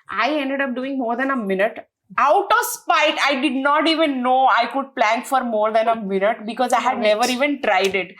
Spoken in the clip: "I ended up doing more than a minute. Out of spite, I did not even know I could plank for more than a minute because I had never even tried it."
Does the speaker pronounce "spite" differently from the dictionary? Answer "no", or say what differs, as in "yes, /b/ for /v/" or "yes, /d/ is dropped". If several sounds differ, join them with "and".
no